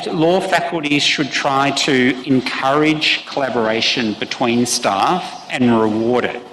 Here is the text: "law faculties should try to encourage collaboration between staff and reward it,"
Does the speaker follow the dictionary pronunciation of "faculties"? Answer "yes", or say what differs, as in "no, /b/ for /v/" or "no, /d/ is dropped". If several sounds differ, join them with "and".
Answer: yes